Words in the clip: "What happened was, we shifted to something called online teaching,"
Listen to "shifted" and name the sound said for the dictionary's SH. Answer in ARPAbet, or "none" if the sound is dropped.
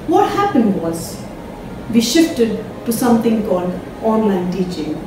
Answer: SH